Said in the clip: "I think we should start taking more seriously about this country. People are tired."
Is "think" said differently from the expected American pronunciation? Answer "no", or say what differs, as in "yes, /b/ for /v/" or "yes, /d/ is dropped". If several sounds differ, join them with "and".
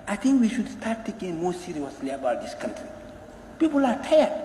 yes, /t/ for /θ/